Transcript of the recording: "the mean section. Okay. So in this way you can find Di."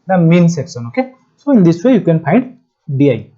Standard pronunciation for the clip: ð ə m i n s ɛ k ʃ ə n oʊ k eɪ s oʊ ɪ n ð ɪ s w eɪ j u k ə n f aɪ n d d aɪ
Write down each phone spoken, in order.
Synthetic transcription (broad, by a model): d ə m i n s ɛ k s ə n oʊ k eɪ s oʊ ɪ n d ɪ s w eɪ j u k ə n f aɪ n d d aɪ